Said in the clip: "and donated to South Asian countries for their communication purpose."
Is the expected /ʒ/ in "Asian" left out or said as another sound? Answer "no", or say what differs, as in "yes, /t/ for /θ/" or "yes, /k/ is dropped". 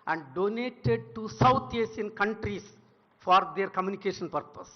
yes, /s/ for /ʒ/